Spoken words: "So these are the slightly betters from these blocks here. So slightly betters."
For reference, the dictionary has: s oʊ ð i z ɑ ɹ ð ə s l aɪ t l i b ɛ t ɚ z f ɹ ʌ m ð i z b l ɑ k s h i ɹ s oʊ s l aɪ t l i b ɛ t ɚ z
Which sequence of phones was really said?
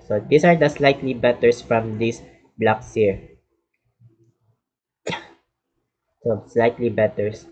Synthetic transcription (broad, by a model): s oʊ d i s ɑ ɹ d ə s l aɪ t l i b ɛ t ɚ s f ɹ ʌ m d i s b l ɑ k s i ɹ s oʊ s l aɪ t l i b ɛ t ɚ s